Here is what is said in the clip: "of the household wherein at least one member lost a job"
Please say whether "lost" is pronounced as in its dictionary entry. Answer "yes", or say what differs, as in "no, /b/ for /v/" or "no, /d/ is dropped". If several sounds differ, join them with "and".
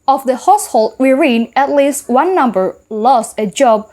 yes